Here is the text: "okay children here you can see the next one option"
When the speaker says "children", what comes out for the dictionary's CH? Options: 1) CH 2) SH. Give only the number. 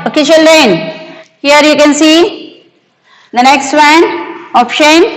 2